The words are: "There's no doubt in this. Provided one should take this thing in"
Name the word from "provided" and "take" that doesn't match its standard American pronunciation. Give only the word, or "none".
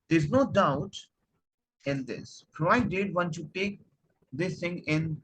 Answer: provided